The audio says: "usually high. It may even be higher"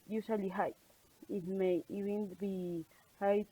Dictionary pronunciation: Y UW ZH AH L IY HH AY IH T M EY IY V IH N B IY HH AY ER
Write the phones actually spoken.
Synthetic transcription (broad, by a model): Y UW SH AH L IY HH AY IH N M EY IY B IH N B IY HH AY